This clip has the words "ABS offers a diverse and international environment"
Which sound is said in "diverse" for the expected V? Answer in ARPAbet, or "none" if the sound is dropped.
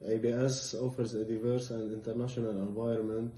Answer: V